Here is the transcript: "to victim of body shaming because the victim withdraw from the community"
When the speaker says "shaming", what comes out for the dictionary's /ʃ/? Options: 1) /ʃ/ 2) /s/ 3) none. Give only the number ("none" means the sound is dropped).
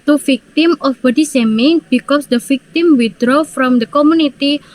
2